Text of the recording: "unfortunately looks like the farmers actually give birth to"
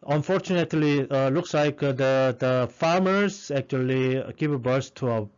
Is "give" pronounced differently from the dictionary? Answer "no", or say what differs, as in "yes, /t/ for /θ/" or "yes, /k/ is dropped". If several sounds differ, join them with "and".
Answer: yes, /p/ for /v/